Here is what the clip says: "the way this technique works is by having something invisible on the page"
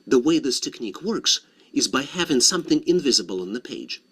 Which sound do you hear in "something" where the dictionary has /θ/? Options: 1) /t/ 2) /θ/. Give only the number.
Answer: 2